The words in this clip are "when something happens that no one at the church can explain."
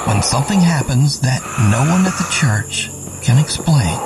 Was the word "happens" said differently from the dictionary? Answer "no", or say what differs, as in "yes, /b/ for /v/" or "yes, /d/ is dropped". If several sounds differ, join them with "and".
no